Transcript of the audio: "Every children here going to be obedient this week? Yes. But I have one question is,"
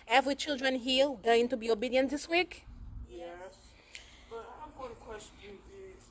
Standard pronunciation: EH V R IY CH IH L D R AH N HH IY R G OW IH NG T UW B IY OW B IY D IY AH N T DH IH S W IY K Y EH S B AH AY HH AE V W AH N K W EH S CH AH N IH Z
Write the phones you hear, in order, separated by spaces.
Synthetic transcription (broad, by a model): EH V R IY CH IH L D R AH N HH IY L G OW IH NG T UW B IY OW B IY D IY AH N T DH IH S W IY K Y EH S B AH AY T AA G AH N K W EH S CH AH N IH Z